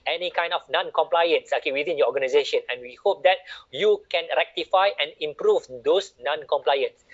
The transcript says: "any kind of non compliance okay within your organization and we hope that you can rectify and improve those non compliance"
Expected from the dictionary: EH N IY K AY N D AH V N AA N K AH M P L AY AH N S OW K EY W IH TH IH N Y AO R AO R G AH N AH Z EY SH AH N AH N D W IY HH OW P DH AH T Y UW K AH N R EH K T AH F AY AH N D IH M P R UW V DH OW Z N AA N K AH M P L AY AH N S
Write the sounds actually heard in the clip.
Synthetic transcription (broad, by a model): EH N IY K AY N D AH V N AA N K AH M P L AY AH N S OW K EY W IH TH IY N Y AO AO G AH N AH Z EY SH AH N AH N W IY HH OW P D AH T Y UW K AH N R EH K T AH F AY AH N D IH M P R UW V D OW S N AA N K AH M P L AY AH N S